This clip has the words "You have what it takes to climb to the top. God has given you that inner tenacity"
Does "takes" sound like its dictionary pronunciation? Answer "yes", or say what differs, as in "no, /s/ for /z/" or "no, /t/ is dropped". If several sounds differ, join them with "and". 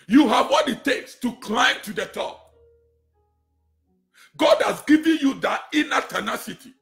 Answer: yes